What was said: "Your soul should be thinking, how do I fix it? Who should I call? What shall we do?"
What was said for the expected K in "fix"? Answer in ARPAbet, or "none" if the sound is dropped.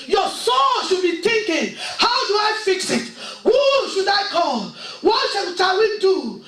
K